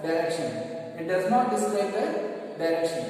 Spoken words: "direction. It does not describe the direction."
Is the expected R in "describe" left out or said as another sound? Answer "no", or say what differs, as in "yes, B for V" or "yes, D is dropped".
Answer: yes, L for R